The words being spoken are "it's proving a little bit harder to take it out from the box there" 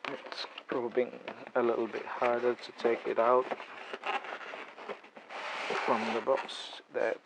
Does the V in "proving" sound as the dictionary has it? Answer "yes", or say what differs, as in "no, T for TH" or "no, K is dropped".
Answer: no, B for V